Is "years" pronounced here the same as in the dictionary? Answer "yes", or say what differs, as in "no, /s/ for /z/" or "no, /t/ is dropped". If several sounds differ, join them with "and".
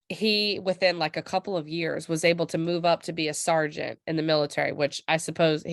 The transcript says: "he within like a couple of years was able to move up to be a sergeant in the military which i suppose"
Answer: yes